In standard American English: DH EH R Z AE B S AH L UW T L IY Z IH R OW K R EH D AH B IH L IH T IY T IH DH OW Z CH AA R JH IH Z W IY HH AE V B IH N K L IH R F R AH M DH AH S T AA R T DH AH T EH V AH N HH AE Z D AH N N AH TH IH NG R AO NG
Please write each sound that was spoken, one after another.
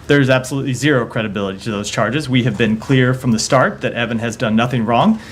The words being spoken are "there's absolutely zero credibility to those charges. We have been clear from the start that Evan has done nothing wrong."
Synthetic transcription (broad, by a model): DH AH R Z AE B S AH L UW T L IY Z IH R OW K R EH D AH B IH L IH T IY T IH DH OW Z CH AA R JH IH Z W IY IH V B IH N K L IH R F R AH M DH AH S T AA R T DH AH T EH V AH N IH Z D AH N N AH TH IH NG R AO NG